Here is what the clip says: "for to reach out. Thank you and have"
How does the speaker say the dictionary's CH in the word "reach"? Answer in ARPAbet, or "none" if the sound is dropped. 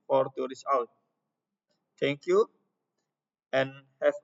S